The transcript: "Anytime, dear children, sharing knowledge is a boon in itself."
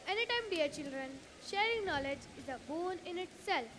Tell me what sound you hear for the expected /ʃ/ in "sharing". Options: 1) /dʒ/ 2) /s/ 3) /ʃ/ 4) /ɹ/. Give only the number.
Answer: 3